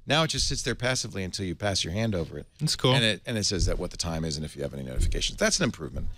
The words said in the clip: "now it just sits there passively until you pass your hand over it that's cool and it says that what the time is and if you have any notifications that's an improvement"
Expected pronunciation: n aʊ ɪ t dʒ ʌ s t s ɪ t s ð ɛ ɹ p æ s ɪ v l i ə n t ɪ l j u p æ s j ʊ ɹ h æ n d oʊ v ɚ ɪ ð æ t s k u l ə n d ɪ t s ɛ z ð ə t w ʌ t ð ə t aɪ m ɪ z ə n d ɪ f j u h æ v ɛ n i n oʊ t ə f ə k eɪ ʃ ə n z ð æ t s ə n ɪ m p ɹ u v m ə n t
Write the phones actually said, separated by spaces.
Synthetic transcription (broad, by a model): n aʊ ɪ t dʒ ʌ s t s ɪ t s ð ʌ ɹ p æ s ɪ v l i ə n t ɪ l j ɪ p æ s j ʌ ɹ h æ n d oʊ v ɚ ɪ t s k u n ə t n ɪ t s ɛ z ð ə t w ʌ t ð ə t aɪ m ɪ z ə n ɪ f j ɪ v ɛ n i n oʊ t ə f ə k eɪ ʃ n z ð æ t s n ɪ m p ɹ u v m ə n t